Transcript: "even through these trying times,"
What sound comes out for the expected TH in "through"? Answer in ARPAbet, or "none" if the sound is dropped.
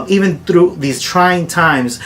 TH